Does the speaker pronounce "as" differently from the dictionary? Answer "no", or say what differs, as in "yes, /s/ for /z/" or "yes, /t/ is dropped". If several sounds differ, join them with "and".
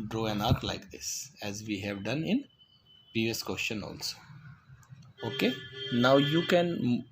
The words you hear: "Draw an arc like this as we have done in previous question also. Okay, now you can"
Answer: no